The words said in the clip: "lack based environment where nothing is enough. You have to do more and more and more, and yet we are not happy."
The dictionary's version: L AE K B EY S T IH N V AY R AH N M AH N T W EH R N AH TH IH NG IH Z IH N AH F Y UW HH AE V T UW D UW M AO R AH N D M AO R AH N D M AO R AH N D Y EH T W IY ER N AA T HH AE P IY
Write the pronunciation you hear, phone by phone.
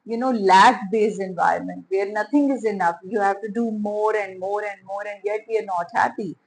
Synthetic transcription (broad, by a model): L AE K B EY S IH N V AY R AH N M AH N T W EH R N AH T IH NG IH Z IH N AH F Y UW HH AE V T UW D UW M AO R AH N D M AO R AH N D M AO R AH N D Y EH T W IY ER N AA T HH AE P IY